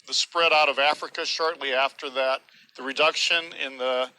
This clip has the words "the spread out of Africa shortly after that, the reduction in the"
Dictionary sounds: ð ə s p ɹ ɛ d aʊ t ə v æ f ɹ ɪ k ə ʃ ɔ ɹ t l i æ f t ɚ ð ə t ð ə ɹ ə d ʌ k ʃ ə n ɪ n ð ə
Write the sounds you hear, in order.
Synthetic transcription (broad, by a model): ð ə s p ɹ ɛ d aʊ t ə v æ f ɹ ɪ k ə ʃ ɔ ɹ t l i æ f t ɚ ð ə t ð ə ɹ ə d ʌ k ʃ ə n ɪ n ð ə